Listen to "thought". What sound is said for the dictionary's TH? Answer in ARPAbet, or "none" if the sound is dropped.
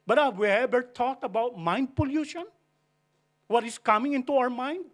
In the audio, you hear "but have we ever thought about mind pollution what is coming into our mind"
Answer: T